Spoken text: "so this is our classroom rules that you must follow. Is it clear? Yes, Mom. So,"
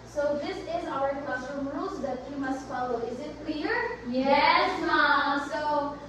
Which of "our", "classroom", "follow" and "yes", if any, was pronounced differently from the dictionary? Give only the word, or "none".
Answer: classroom